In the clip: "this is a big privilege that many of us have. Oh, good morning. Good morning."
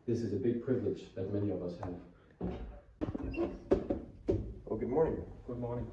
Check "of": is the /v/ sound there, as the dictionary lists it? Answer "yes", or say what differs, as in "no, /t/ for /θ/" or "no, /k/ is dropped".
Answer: yes